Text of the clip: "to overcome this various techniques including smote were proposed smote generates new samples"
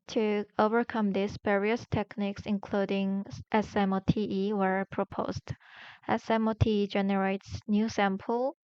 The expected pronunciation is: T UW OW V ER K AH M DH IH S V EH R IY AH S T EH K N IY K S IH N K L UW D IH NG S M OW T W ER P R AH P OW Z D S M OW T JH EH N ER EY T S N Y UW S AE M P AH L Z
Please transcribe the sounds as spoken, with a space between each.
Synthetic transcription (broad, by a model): T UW OW V ER K AH M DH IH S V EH R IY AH S T EH K N IY K S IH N K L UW D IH NG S M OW T W ER P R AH P OW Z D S M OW T JH EH N ER EY T S N Y UW S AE M P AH L